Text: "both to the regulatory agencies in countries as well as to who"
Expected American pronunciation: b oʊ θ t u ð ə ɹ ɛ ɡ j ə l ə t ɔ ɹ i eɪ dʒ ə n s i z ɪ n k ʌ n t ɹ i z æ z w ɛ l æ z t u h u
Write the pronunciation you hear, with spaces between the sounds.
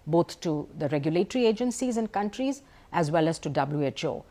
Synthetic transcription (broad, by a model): b oʊ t t u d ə ɹ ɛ ɡ j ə l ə t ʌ ɹ i eɪ dʒ ə n s i z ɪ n k ʌ n t ɹ i z æ z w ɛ l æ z t u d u